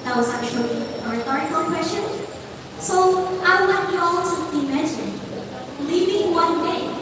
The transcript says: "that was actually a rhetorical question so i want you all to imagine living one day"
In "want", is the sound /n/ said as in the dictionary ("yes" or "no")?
no